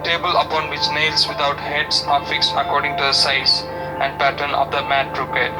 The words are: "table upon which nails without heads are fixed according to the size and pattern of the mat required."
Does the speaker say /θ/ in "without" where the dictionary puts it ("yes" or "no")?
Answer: no